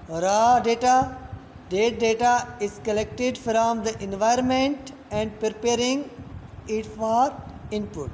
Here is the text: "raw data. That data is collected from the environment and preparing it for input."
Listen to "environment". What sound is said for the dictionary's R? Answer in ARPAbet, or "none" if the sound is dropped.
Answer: R